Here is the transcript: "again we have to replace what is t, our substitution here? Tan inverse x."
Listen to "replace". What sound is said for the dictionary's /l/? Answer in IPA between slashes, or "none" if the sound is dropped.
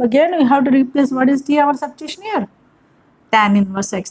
/l/